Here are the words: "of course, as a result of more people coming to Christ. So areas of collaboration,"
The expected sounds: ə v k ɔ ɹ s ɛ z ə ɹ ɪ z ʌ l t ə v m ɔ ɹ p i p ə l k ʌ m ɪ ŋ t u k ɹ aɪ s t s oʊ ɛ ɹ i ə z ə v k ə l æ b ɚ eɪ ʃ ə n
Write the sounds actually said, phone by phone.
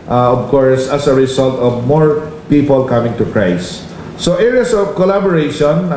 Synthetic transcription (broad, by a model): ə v k ɔ ɹ s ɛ s ə ɹ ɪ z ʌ l t ə v m ɔ ɹ p i p ə l k ʌ m ɪ ŋ t u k ɹ aɪ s s oʊ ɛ ɹ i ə s ə v k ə l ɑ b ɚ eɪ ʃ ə n